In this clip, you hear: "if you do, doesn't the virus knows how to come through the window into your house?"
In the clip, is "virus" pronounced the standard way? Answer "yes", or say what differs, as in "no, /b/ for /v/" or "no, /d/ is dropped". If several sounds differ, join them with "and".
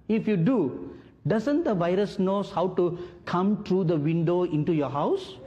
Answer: yes